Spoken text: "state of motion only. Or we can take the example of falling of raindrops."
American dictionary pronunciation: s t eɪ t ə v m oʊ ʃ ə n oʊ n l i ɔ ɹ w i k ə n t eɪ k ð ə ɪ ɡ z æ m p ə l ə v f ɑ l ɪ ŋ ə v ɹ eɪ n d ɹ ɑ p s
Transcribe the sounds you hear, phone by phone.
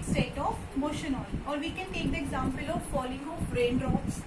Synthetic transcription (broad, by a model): s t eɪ t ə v m oʊ ʃ ə n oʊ l ɔ ɹ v i k ə n t eɪ k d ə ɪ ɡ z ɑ m p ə l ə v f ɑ l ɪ ŋ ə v ɹ eɪ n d ɹ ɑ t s